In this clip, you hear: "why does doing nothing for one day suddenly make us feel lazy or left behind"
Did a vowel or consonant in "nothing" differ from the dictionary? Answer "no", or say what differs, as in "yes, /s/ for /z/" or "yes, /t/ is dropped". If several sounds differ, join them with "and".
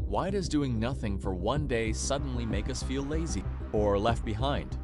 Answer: no